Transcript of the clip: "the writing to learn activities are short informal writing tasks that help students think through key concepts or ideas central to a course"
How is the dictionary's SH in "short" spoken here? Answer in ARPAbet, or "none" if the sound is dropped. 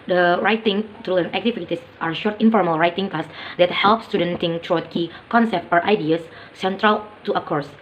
SH